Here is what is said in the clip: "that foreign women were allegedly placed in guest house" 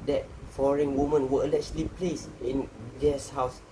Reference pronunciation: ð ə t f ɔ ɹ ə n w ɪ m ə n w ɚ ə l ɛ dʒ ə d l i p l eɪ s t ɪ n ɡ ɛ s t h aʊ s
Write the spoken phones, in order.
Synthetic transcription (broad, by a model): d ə t f ɔ ɹ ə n w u m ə n w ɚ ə l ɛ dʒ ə l i p l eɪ s ɪ n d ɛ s h aʊ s